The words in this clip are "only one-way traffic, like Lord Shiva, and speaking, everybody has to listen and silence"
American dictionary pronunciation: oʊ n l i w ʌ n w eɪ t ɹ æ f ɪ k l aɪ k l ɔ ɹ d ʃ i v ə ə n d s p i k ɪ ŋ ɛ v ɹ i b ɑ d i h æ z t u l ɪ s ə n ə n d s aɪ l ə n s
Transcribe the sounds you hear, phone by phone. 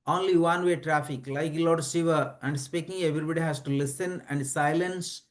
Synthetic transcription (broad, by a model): oʊ n l i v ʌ n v eɪ t ɹ æ f ɪ k l aɪ k l ɔ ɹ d s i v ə ə n d s p i k ɪ ŋ ɛ v ɹ i b ɑ d i h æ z t u l ɪ s ə n ə n d s aɪ l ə n s